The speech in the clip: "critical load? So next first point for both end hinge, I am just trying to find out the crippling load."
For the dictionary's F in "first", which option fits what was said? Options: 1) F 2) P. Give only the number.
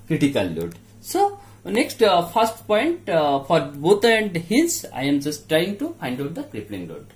2